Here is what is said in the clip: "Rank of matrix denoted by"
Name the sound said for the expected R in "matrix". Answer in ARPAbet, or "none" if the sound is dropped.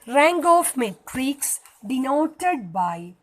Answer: R